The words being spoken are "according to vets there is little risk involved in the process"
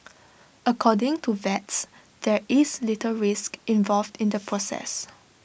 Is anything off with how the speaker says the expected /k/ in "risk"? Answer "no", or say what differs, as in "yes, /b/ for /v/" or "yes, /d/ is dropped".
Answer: no